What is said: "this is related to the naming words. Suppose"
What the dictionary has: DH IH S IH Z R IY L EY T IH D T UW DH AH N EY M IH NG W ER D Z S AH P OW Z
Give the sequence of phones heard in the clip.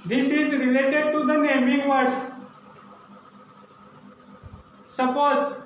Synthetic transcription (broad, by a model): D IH S IH Z R IY L EY T IH D T UW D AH N EY M IH NG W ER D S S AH P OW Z